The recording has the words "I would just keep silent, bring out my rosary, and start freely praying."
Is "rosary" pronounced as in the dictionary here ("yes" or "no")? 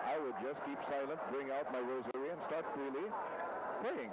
yes